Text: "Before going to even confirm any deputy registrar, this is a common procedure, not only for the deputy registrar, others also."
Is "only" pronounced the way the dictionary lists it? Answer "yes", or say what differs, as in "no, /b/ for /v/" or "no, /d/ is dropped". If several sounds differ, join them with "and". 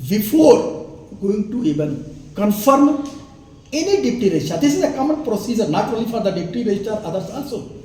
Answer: no, /n/ is dropped